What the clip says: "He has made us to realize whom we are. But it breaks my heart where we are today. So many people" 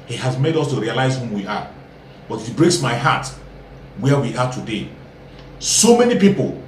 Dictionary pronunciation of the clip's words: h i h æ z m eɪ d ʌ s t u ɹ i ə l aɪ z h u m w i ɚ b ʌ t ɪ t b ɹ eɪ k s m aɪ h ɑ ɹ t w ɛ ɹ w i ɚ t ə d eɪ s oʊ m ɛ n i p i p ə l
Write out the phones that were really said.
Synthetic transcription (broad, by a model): h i h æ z m eɪ d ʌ s t u ɹ i ə l aɪ z h u m w i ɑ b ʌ t ɪ t b ɹ eɪ k s m aɪ h ɑ t w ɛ w i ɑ t ə d eɪ s oʊ m ɛ n i p i p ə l